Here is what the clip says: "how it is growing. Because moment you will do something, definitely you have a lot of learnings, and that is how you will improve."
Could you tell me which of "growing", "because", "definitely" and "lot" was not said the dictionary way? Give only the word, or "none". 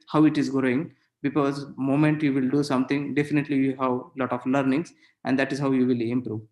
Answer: none